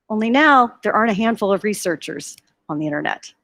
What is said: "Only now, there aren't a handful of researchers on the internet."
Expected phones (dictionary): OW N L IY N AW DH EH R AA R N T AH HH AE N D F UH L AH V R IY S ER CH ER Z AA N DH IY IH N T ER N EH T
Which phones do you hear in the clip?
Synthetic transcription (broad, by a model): OW N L IY N AW DH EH R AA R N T AH HH AE N D F UH L AH V R IY S ER CH ER Z N DH IY IH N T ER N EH T